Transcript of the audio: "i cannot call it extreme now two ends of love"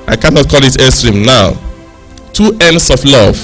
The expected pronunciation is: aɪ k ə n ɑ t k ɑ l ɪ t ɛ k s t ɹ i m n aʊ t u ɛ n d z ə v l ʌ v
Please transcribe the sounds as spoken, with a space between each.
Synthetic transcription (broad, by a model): aɪ k ə n ɑ t k ɑ l ɪ t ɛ s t ɹ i m n aʊ t u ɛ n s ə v l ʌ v